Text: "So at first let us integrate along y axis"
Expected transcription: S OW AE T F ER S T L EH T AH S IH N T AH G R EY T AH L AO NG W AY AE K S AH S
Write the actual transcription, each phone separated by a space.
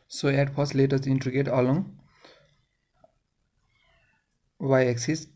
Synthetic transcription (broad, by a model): S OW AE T P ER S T L EH T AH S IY N T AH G EY T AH L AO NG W AY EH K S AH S